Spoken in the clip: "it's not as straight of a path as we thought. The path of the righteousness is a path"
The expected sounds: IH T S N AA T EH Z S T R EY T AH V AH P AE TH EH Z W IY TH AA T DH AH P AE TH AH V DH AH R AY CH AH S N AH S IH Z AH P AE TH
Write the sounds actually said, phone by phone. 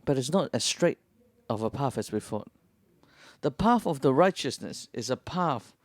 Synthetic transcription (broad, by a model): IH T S N AA T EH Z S T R EY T AH V AH P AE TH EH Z W IY F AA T DH AH P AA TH AH V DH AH R AY CH AH S N AH S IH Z AH P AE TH